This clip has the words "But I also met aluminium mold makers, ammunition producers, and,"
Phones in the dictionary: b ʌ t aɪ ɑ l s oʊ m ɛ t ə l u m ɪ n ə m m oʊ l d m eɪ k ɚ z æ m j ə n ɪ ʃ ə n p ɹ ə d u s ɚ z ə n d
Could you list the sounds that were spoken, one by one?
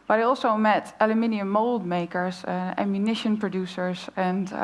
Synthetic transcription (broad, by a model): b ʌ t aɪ ɑ l s oʊ m ɛ t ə l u m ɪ n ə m m oʊ l d m eɪ k ɚ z æ m j ə n ɪ ʃ ə n p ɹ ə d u s ɚ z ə n